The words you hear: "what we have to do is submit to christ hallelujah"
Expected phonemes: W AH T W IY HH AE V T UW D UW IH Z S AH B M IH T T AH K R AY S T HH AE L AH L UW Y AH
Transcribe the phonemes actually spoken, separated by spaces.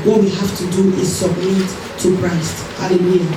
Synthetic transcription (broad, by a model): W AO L W IY HH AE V T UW D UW IH Z S AH B M IH T T AH K R AY S T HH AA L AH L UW Y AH